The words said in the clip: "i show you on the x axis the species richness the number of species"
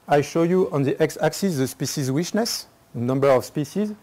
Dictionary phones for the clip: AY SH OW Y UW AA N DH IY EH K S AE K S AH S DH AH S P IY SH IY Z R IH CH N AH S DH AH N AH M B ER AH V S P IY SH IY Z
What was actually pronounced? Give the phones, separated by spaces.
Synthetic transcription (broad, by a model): AY SH OW Y UW AA N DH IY EH K S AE K S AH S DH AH S P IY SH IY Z W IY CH N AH S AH N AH M B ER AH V S P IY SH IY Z